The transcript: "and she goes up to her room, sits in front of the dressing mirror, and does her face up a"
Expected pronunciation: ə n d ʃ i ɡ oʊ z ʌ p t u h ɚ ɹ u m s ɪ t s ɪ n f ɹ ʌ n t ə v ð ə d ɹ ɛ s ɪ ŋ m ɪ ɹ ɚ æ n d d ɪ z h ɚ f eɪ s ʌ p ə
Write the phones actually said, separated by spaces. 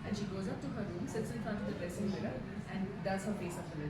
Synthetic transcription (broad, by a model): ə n ʃ i ɡ oʊ z ʌ p t u h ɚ ɹ u m s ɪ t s ɪ n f ʌ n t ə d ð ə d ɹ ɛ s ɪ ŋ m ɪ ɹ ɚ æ n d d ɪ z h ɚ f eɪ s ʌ f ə